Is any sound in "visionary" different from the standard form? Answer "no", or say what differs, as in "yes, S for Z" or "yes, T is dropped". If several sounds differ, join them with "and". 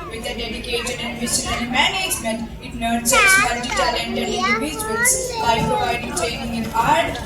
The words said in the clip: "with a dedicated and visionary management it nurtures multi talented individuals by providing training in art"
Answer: yes, SH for ZH